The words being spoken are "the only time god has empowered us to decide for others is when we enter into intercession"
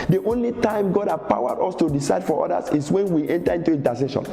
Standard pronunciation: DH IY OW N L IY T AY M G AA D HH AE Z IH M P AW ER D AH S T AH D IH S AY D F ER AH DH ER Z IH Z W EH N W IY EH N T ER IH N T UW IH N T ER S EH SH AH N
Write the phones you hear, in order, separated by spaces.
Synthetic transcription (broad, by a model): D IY OW N L IY T AY M G AA D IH P AW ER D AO S T AH D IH S AY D F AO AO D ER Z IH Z W EH N W IY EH N T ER IH N T UW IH N T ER S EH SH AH N